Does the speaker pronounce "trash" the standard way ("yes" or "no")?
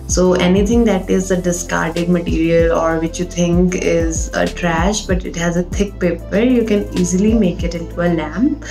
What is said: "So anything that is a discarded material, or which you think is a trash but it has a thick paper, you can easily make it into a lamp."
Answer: yes